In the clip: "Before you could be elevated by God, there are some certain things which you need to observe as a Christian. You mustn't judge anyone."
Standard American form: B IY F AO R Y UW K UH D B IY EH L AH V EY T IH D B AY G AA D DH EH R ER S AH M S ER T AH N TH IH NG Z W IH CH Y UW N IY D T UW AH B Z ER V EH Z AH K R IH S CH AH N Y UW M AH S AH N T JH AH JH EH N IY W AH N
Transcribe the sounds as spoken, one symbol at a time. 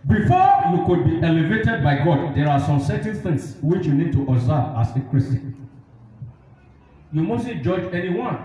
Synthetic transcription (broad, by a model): B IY F AO Y UW K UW D B IY EH L AH V EY T IH D B AY G AA D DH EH R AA S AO M S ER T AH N T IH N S W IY CH Y UW N IY D T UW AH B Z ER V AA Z AH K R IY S AH Y UW M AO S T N JH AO JH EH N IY W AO N